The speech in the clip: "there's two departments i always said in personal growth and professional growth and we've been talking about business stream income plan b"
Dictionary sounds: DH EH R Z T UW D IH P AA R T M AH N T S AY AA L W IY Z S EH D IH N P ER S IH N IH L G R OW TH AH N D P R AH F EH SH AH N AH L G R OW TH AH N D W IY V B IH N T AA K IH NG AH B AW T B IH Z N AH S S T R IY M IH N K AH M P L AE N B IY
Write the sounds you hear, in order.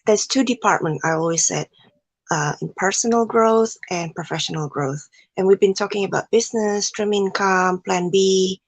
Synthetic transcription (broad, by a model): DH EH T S T UW D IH P AA R T M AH N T AY AA L W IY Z S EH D IH N P ER S IH N IH L G R OW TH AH N P R AH F EH SH AH N AH L G R OW TH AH N W IY V B IH N T AA K IH NG AH B AW T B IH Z N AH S S T R IY M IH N K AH M P L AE N B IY